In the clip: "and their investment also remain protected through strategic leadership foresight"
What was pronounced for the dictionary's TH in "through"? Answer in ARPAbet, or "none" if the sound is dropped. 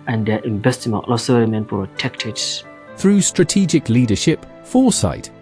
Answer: TH